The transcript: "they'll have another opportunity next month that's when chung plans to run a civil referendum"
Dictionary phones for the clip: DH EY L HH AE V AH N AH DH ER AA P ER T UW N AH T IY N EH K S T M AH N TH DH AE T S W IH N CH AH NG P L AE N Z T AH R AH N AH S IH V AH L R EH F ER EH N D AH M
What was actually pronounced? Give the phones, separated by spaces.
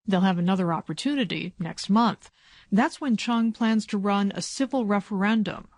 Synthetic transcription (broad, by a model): DH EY L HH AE V AH N AH DH ER AA P ER T UW N AH T IY N EH K S T M AH N TH DH AE T S W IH N CH AH NG P L AE N Z T AH R AH N AH S IH V L R EH F ER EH N D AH M